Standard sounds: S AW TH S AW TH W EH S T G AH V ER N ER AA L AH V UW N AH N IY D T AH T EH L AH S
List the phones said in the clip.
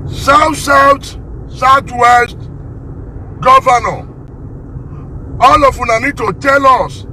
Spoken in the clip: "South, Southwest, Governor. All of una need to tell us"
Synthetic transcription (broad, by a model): S AW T S AW T W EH S T G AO V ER N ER AA L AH F UW N AH N IY D T AH T EH L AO S